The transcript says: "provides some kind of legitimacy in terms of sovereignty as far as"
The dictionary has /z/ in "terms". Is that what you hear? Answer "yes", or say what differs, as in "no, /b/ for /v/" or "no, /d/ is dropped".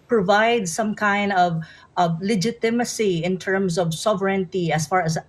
no, /s/ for /z/